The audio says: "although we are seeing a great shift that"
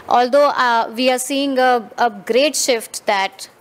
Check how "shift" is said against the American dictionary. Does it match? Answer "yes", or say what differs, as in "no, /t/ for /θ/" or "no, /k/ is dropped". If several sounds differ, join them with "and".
yes